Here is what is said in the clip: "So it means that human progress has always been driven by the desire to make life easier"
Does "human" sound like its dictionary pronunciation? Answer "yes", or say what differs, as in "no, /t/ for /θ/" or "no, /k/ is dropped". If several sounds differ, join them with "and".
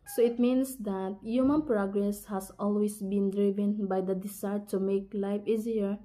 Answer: yes